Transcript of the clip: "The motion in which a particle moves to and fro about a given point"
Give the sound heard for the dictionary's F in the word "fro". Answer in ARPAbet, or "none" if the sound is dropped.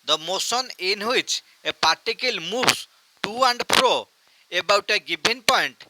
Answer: P